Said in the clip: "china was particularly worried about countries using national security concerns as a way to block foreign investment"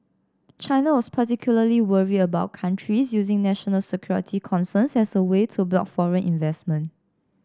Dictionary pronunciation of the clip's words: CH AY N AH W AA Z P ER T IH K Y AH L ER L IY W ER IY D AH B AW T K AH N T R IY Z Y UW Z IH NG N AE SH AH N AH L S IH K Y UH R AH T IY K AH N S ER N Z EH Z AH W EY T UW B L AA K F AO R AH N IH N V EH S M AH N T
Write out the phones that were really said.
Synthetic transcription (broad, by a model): CH AY N AH W AA S P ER T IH K Y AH L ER L IY W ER IY AH B AW T K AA N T R IY S Y UW Z IH NG N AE SH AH N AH L S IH K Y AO R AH T IY K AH N S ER N S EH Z AH W EY T UW B L AA K F AO R AH N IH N V EH S M AH N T